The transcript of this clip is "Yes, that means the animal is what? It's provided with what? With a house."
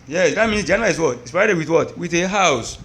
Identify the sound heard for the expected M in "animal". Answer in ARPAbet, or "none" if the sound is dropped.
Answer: none